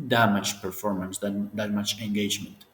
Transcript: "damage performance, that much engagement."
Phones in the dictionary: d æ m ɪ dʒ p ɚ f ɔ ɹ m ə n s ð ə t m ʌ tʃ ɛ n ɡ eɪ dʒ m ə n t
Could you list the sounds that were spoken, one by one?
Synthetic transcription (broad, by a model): d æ m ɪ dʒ p ɚ f ɔ ɹ m ə n s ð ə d m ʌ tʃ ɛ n ɡ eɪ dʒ m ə n t